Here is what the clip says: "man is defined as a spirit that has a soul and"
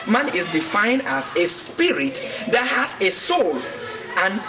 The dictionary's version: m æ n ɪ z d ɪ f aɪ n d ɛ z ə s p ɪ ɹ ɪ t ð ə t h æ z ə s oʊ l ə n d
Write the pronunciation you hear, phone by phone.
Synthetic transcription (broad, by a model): m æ n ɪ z d ɪ f aɪ n d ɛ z ə s p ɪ ɹ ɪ t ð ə t h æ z ə s oʊ l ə n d